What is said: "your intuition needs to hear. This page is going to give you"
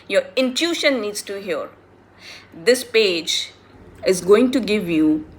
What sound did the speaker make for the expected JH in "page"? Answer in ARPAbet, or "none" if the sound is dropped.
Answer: JH